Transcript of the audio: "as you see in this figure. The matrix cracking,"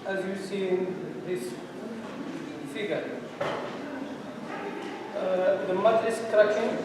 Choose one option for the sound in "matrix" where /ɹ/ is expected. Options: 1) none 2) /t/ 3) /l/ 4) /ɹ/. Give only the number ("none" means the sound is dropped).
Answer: 1